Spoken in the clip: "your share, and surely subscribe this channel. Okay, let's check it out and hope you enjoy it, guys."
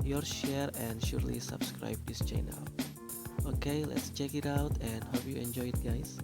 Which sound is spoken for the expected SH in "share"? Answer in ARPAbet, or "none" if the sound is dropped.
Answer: SH